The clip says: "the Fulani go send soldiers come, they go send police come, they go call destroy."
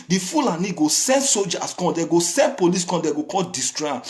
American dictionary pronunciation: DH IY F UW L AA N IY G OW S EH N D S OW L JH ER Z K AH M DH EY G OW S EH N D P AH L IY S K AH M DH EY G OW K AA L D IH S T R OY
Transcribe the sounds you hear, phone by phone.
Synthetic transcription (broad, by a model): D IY F UW L AA N IY G OW S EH N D S OW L JH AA S K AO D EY G OW S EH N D P AH L IY S K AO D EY G OW K AA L D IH S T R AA